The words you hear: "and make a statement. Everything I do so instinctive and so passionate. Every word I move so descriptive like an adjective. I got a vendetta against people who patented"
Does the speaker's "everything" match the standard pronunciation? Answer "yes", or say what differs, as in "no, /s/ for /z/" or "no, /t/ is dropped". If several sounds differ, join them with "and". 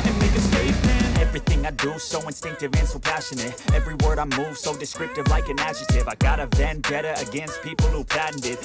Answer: yes